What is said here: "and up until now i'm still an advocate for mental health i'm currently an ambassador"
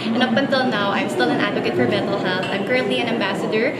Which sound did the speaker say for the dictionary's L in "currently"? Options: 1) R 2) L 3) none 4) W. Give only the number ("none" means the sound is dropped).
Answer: 3